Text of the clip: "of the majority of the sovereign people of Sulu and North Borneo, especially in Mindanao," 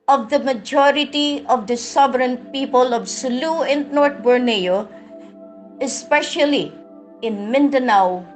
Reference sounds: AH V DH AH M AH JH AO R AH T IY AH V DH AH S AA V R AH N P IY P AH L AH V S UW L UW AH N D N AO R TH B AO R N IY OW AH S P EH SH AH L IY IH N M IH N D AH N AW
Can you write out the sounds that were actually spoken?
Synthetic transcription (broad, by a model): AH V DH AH M AH JH AO R AH T IY AH V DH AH S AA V R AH N P IY P AH L AH V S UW L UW AH N D N AO R T B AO R N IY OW AH S P EH SH AH L IY IH N M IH N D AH N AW